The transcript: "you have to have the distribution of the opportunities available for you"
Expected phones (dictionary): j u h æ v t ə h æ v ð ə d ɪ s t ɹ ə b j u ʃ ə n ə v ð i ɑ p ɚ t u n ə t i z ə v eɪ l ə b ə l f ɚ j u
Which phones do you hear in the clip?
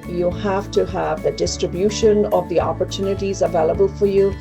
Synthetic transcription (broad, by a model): j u h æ f t ə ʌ v ð ə d ɪ s t ɹ ə b j u ʃ ə n ə v ð i ɑ p ɚ t u n ə t i z ə v eɪ l ə b ə l f ɚ j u